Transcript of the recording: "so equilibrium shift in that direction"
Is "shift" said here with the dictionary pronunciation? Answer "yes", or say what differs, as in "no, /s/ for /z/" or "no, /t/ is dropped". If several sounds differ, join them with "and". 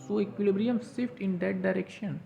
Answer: no, /s/ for /ʃ/